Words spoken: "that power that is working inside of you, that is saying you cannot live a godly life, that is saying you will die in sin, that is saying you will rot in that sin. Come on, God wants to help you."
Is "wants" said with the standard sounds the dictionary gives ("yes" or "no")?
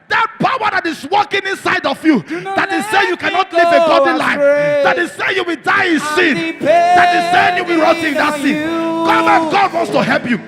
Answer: yes